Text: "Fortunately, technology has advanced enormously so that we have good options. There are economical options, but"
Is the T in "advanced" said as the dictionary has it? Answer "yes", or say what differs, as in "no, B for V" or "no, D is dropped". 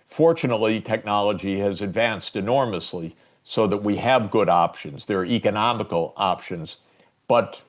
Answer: yes